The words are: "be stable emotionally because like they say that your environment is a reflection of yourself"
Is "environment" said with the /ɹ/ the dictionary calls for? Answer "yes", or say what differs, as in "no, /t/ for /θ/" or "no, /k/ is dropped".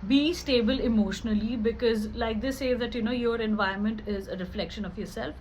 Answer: no, /ɹ/ is dropped